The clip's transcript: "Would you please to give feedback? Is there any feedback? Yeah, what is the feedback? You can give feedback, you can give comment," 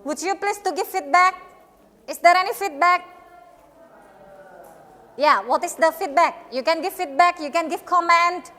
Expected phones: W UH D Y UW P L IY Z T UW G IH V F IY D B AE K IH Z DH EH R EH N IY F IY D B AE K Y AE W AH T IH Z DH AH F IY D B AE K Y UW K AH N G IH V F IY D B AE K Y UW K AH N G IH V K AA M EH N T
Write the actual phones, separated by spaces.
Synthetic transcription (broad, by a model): W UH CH Y UW P L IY S T UW G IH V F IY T B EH K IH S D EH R EH N IY F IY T B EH K Y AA W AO T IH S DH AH F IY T B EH K Y UW K AH N G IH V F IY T B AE K Y UW K AH N G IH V K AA M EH N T